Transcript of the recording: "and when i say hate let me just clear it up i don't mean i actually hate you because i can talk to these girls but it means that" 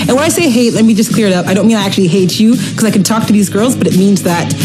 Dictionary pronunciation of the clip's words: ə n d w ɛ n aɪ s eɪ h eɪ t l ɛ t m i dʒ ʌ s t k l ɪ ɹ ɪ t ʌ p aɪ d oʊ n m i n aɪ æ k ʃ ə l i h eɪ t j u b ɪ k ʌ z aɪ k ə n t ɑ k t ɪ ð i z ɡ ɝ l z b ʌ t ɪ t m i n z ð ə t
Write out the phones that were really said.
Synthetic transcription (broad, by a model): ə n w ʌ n aɪ s eɪ h eɪ t l ɛ t m i dʒ ʌ s k l ɪ ɹ ɪ t ʌ p aɪ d oʊ n m i n aɪ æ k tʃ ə l i h eɪ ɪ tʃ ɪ k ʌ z aɪ k n t ɑ k t ɪ ð i z ɡ ɝ l z b ʌ t ɪ t m i n z ð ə t